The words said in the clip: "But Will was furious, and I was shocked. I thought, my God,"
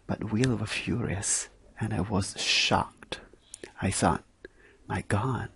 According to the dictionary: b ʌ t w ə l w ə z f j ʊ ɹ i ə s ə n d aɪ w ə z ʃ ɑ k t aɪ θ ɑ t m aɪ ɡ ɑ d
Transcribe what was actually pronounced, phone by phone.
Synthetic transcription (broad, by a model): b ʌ t w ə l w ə f j ʊ ɹ i ə s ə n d aɪ w ə z ʃ ɑ k t aɪ s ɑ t m aɪ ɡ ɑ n